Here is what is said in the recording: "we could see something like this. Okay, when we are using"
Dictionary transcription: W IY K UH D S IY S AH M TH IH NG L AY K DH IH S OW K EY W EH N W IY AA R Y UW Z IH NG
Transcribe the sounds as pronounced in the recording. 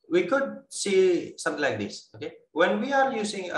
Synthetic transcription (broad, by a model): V IY K UH D S IY S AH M T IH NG L AY K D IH S OW K EY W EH N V IY AA R Y UW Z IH NG